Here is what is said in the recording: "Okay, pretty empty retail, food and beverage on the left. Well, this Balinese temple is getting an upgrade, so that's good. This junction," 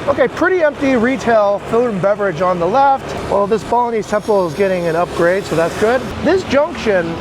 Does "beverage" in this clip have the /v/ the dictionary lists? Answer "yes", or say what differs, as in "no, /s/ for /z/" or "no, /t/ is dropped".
yes